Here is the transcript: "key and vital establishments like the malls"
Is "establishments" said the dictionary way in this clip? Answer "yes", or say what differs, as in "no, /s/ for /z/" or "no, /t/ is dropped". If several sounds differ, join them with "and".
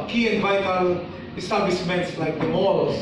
no, /s/ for /ʃ/